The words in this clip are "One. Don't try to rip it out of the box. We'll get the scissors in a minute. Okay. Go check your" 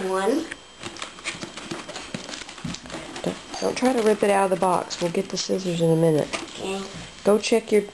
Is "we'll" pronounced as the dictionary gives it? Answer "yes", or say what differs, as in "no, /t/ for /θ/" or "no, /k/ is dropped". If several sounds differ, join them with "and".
yes